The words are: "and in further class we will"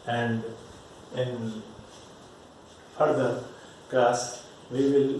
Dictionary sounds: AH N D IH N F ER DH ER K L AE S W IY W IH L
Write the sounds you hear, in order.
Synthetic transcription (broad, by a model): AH N D IH N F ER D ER K AE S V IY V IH L